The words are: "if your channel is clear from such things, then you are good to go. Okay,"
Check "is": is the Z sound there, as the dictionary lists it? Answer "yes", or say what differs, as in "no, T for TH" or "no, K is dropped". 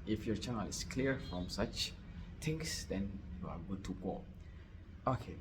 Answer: no, S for Z